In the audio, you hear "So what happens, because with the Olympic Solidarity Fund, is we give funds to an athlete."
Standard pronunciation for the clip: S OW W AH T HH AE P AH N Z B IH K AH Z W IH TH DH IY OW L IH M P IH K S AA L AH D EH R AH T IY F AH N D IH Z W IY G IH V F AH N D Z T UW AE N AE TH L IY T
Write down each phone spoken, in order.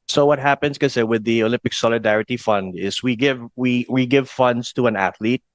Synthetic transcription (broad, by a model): S OW W AH T HH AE P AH N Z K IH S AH W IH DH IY OW L IH M P IH K S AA L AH D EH R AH T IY F AH N D IH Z W IY G IH V F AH N D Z T UW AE N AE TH L IY T